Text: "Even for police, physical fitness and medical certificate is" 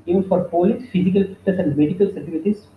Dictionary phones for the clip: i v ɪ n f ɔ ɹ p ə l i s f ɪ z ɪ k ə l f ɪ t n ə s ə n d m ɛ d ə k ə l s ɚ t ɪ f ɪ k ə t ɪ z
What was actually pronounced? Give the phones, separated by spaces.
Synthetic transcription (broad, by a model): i v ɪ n f ɔ ɹ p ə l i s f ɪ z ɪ k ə l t ə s ə n d m ɛ d ə k ə l s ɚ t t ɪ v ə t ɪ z